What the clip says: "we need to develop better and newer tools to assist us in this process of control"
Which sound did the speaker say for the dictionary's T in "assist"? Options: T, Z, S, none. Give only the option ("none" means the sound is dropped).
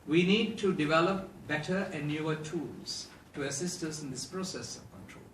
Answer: T